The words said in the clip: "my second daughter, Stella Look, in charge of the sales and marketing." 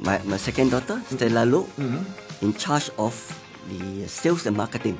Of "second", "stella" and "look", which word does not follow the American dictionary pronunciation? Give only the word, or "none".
look